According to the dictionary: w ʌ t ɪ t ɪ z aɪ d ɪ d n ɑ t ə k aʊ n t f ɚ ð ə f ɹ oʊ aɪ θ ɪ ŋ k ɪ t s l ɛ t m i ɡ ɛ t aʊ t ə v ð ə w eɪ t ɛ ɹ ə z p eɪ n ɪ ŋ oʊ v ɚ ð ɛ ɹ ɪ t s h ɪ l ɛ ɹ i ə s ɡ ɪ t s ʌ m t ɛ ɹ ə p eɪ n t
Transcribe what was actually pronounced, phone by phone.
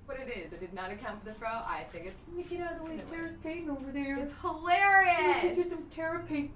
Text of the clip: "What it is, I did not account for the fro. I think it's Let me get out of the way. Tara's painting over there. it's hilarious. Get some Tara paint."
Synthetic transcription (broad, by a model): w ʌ t ɪ t ɪ z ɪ d ɪ d n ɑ t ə k aʊ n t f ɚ ð ə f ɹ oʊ aɪ θ ɪ ŋ k ɪ t s n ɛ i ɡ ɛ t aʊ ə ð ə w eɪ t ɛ ɹ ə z p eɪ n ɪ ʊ v ɚ ð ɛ ɹ ɪ t s h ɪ l ɛ ɹ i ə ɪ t s ʌ m t ɛ ɹ ə p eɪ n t